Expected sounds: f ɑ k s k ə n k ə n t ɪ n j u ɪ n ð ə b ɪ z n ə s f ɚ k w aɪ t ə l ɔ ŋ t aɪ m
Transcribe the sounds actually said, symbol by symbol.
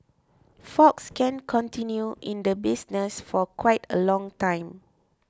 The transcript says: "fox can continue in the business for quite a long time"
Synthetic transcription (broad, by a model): f ɑ k s k ə n k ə n t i n j u ɪ n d ə b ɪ s n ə s f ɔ k w aɪ t ə l ɔ ŋ t aɪ m